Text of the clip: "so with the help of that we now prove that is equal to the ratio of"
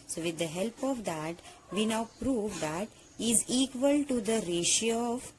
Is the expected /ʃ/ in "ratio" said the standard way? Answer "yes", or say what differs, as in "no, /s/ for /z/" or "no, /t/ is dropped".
yes